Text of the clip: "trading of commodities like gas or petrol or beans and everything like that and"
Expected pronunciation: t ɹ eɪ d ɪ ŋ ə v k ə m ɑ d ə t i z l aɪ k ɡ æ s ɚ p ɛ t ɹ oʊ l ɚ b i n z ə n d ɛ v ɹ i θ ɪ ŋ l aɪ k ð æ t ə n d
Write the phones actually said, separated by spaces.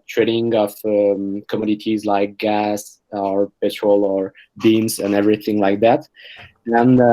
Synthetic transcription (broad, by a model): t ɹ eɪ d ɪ ŋ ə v k ə m ɑ d ə t i z l aɪ k ɡ æ s ɚ p ɛ t ɹ oʊ l ɚ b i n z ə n ɛ v ɹ i θ ɪ ŋ l aɪ k ð æ t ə n